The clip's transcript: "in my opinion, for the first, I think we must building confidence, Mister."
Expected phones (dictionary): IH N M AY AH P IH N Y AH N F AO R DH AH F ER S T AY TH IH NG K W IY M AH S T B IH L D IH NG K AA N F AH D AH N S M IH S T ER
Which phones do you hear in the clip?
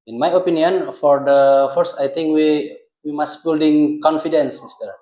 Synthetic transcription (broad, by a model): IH N M AY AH P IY N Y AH N F AO R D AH F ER S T AY T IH NG K W IY M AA S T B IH L D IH NG K AA N F AH D AH N S M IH S T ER